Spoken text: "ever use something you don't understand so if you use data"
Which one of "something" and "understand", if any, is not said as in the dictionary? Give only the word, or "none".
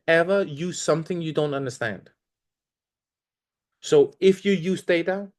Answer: none